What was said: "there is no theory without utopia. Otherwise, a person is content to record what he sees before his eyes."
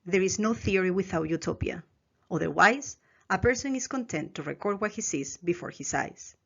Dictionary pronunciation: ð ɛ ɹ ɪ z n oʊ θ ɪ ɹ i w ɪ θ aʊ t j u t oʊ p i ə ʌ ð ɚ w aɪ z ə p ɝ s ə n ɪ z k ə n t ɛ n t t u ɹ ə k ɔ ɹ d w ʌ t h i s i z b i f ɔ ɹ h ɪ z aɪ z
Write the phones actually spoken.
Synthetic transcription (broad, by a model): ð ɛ ɹ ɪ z n oʊ θ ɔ ɹ i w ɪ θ aʊ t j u t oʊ p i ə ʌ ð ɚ w aɪ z ə p ɝ s ə n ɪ s k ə n t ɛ n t t u ɹ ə k ɔ ɹ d w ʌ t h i s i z b i f ɔ ɹ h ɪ s aɪ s